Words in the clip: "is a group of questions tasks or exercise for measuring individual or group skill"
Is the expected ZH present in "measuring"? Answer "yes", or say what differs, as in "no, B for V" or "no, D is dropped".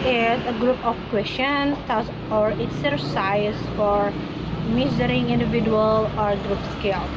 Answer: no, Z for ZH